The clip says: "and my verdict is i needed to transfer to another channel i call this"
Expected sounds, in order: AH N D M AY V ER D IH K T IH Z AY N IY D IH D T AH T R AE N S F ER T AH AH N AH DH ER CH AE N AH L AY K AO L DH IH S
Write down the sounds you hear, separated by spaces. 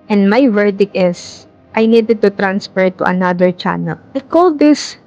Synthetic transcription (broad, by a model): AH N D M AY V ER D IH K IH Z AY N IY D IH D T AH T R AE N S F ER T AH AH N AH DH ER CH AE N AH L AY K AO L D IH S